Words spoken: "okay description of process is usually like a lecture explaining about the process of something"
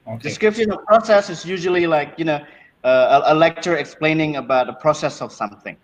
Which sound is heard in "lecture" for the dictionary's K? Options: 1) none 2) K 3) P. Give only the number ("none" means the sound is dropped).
2